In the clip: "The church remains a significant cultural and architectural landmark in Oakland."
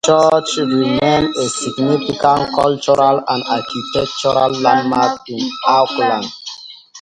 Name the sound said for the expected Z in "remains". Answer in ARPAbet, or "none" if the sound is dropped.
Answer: none